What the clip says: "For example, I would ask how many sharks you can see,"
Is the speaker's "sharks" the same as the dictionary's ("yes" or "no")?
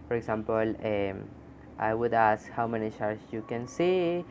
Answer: no